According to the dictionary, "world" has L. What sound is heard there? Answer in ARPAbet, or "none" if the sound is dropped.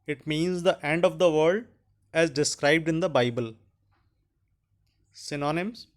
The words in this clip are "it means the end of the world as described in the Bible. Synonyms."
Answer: none